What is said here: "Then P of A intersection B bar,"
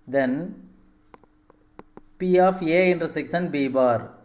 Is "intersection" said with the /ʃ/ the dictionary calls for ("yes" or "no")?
no